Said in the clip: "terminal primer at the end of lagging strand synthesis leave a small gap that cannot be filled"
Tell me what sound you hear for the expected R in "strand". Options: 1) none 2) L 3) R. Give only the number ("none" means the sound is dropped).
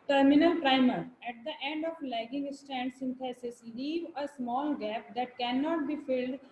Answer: 1